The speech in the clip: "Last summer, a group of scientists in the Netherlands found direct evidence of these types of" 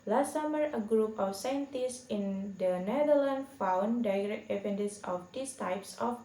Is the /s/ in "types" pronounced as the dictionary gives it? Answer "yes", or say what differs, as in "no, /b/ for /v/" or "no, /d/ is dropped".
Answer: yes